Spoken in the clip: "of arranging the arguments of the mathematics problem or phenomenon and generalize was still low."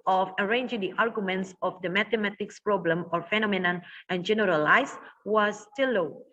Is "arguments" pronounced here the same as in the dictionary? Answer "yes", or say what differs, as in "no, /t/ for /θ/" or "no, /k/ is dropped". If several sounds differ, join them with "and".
yes